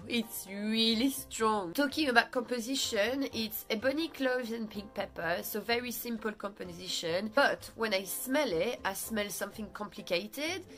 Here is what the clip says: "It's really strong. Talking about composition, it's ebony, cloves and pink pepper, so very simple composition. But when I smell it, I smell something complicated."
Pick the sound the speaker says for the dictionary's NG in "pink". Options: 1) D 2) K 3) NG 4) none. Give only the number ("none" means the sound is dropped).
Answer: 3